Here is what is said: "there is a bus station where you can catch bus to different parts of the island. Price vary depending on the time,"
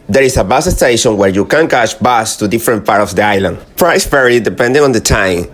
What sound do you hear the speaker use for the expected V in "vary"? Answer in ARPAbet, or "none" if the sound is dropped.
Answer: P